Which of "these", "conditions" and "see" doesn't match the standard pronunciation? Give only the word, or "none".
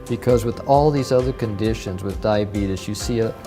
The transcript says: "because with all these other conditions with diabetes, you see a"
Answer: none